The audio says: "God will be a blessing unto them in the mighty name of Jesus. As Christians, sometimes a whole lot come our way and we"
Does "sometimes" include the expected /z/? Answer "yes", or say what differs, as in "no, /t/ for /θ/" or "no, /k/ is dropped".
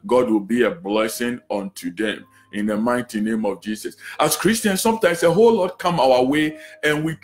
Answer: no, /s/ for /z/